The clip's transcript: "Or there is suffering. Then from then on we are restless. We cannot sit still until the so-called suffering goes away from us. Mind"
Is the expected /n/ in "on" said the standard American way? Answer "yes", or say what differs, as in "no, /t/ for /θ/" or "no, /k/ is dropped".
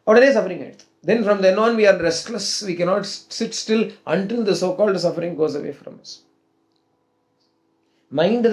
yes